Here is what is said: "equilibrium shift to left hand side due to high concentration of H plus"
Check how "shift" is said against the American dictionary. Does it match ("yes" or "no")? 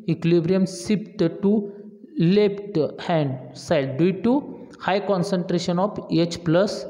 no